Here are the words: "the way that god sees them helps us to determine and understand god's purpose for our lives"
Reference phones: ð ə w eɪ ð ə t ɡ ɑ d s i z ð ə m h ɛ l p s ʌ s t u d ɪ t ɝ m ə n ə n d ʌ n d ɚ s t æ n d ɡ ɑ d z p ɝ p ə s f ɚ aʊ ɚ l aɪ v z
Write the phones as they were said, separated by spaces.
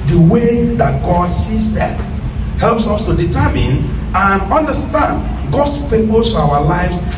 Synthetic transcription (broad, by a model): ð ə w eɪ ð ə t ɡ ɑ d s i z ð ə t h ɛ l p s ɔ s t u d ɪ t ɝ m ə n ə n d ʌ n d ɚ s t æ n d ɡ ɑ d s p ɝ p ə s aʊ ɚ l aɪ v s